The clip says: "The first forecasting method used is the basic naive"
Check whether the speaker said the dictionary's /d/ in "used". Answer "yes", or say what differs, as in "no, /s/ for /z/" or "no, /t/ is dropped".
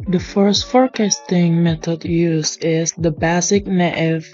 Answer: no, /d/ is dropped